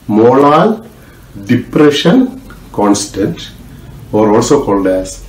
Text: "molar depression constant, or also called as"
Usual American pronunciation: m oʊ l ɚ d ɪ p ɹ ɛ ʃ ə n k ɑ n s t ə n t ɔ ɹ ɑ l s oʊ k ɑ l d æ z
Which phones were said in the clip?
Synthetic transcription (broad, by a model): m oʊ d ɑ d ɪ p ɹ ɛ ʃ ə n k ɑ n s t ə n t ɔ ɹ ɑ l s oʊ k ɑ l d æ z